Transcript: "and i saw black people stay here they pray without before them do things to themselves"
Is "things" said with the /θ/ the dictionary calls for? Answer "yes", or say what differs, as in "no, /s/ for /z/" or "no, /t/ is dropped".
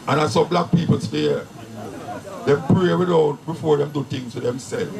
no, /t/ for /θ/